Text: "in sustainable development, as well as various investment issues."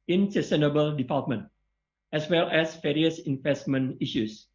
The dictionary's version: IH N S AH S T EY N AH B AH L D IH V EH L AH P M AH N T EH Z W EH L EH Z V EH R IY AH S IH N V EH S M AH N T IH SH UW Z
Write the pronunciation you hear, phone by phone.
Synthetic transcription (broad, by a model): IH N S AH S T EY N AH B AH L D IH P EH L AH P M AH N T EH S W EH L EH S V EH R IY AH S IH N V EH S M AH N IH SH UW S